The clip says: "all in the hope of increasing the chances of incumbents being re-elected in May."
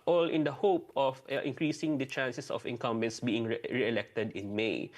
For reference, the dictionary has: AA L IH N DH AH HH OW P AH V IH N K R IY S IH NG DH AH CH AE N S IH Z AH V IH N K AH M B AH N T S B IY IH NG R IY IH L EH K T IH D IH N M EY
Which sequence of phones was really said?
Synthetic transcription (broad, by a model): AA L IH N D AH HH OW P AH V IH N K R IY S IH NG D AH CH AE N S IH S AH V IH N K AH M B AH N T S B IY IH NG R IY IH L EH K T IH D IH N M EY